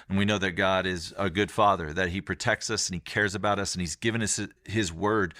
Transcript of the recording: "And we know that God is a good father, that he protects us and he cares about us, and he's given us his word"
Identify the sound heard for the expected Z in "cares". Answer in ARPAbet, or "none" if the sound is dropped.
Z